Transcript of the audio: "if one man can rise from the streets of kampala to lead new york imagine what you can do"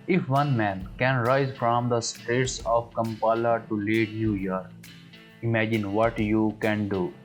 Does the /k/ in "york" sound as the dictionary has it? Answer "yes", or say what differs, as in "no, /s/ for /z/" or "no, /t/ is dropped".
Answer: no, /k/ is dropped